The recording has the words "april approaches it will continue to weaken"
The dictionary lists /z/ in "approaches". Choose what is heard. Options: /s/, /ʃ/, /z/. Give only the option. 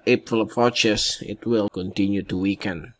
/s/